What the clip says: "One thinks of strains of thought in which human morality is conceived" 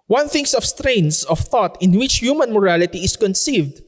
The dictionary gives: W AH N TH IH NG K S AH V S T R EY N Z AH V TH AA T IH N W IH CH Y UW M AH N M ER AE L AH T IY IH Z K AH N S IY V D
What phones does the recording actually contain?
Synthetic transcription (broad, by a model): W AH N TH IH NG S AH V S T R EY N S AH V TH AA T IH N W IH CH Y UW M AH N M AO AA L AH T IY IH S K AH N S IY V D